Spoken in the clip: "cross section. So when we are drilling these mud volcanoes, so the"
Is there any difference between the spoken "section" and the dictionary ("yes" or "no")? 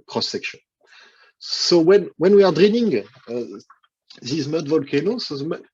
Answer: no